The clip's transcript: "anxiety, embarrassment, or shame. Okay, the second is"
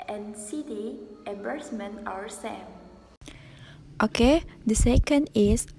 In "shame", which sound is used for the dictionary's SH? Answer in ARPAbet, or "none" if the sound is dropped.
S